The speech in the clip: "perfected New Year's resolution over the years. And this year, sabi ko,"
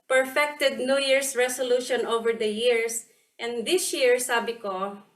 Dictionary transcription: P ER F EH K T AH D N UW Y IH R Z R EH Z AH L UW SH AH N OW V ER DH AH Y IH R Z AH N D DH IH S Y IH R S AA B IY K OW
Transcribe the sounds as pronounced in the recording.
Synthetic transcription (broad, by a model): P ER F EH K T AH D N UW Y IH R S R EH S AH L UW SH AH N OW V ER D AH Y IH R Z AH N D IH S Y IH R S AA B IY K OW